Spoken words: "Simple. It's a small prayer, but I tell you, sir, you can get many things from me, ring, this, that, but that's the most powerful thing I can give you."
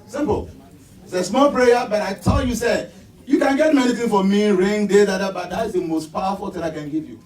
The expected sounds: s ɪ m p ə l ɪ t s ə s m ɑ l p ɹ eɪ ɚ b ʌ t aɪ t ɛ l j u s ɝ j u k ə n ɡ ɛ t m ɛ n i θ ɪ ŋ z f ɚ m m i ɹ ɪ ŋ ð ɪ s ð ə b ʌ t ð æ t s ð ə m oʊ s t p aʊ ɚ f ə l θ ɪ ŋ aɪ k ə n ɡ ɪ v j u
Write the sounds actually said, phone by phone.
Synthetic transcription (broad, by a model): s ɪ m p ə l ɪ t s ə s m ɑ l p ɹ eɪ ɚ b ʌ t aɪ t ɛ l j u s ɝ j u k ə n ɡ ɛ t m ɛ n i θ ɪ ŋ f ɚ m m i ɹ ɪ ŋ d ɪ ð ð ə b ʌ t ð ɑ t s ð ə m oʊ s t p aʊ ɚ f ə l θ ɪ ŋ aɪ k ə n ɡ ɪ v j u